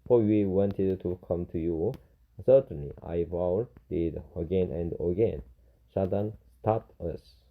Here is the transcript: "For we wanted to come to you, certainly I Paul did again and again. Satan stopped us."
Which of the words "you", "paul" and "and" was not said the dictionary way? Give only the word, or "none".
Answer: paul